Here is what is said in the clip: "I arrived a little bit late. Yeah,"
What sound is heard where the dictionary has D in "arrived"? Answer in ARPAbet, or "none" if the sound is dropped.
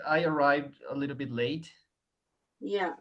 D